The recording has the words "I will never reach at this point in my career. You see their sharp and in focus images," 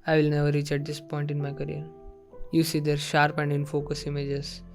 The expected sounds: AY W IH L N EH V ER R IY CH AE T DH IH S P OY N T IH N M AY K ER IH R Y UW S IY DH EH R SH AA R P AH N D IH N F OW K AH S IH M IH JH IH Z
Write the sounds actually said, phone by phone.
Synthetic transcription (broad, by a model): AY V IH L N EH V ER R IY CH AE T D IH S P OY N T IH N M AY K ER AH R Y UW S IY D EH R SH AA R P AH N D IH N F OW K AH S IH M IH JH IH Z